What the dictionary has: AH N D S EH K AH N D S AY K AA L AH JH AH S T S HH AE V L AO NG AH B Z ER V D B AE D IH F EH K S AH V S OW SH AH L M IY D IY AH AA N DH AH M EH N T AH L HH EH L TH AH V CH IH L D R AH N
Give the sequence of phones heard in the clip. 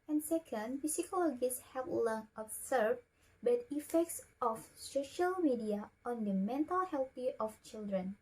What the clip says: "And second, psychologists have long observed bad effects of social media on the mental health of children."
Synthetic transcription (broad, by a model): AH N S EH K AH N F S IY K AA L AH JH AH S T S HH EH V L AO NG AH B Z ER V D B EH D IH F EH K S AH F S OW SH AH L M IY D IY AH AA N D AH M EH N T AH L HH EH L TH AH F CH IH L D R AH N